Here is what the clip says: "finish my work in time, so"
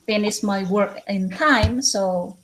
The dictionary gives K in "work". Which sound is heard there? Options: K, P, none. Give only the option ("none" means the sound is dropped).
K